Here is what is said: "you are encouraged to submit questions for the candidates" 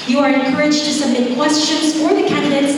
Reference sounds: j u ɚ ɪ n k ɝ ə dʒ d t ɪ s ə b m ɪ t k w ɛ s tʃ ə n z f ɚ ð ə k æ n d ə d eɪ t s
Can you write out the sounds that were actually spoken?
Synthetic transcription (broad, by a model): j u ɚ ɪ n k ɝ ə dʒ t ɪ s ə m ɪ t k w ɛ s tʃ ə n z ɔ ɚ ð ə k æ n d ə d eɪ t s